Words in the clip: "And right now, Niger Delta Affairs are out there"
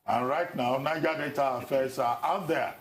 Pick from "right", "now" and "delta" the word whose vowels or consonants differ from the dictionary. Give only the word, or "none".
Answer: delta